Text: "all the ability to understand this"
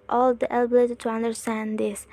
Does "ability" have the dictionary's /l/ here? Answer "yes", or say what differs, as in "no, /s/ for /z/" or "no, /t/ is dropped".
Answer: yes